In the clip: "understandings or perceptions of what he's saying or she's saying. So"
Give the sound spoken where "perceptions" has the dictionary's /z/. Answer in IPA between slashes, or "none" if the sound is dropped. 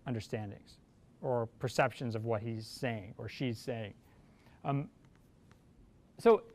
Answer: /z/